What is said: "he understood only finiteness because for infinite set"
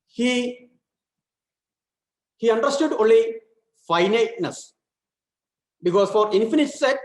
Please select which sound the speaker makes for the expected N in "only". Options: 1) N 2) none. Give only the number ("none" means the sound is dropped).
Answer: 1